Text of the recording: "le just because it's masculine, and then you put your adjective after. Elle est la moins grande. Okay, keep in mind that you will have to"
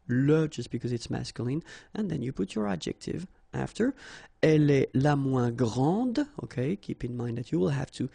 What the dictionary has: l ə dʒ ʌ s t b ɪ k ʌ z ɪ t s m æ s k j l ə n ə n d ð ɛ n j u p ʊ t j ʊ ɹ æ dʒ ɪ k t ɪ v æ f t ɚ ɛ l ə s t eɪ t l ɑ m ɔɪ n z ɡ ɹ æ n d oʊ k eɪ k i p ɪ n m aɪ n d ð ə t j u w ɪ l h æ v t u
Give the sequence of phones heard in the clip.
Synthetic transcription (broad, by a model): l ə dʒ ʌ s t b ɪ k ʌ z ɪ t s m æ s k j l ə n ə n ð ɛ n j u p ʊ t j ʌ ɹ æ dʒ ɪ k t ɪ v æ f t ɚ ɛ l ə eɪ l ɑ m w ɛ ɡ ɹ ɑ d oʊ k eɪ k i p ɪ n m aɪ n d ð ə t j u w ɪ l h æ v t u